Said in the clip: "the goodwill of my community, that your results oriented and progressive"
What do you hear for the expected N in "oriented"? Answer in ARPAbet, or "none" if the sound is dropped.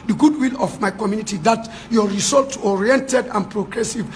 N